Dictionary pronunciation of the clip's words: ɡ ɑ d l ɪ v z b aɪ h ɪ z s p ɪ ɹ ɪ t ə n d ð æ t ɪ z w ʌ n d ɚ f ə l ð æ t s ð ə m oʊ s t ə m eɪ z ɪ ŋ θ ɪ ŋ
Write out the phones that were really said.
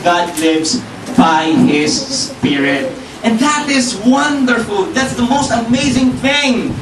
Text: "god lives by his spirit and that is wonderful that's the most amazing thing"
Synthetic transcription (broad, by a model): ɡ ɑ d l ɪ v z b aɪ h ɪ z s p ɪ ɹ ɪ t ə n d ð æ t ɪ z w ʌ n d ɚ f ə l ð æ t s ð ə m oʊ s t ə m eɪ z ɪ ŋ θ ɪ ŋ